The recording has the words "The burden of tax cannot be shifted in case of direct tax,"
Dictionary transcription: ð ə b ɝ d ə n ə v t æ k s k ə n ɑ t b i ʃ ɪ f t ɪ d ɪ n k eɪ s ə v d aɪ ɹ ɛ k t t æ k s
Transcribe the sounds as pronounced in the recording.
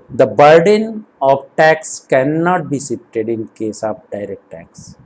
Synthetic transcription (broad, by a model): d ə b ɝ d ə n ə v t æ k s k ə n ɑ t b i s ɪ p t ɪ d ɪ n k eɪ s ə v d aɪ ɹ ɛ k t t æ k s